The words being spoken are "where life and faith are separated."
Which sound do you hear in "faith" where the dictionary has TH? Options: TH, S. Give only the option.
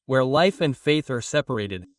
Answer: TH